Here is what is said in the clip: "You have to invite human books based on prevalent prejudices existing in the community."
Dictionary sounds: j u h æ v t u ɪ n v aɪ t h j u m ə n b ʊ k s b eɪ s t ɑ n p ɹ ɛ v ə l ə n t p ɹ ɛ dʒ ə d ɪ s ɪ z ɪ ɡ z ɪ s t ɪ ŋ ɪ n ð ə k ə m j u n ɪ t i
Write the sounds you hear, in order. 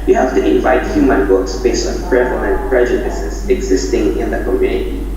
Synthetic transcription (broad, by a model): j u h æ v t u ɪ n v aɪ t h j u m ə n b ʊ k s b eɪ s t ɑ n p ɹ ɛ v ə l ə n t p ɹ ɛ dʒ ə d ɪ s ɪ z ɪ ɡ z ɪ s t ɪ ŋ ɪ n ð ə k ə m j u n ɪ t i